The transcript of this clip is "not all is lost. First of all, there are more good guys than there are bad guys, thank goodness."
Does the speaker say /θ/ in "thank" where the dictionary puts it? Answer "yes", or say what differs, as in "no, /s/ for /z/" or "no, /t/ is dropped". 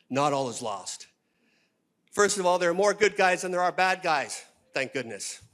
yes